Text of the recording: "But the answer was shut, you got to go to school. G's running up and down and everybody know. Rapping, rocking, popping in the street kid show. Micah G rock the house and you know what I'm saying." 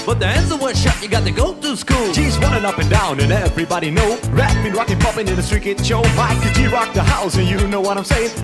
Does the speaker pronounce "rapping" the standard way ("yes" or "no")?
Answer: no